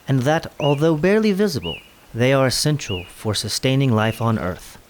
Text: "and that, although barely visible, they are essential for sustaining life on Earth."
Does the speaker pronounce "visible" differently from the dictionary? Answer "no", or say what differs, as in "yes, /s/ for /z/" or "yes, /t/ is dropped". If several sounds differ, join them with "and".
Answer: no